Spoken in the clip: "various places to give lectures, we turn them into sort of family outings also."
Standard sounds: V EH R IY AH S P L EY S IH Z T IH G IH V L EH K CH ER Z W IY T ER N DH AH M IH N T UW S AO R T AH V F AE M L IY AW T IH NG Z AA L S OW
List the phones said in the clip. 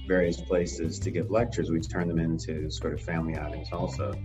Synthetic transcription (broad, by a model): V EH R IY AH S P L EY S IH Z T IH G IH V L EH K CH ER Z W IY T ER N DH AH M IH N T UW S AO R T AH V F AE M L IY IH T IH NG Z AA L S OW